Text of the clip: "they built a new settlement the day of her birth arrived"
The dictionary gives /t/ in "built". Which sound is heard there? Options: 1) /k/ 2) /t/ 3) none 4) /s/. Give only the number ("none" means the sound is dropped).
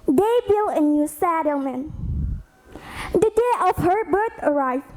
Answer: 3